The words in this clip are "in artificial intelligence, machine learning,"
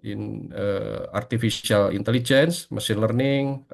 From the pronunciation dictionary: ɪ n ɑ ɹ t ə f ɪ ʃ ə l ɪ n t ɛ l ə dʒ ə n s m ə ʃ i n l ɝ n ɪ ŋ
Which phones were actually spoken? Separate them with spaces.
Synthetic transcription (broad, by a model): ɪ n ɑ ɹ t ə f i s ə l ɪ n t ɛ l ə dʒ ə n s m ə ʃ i n l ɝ n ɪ ŋ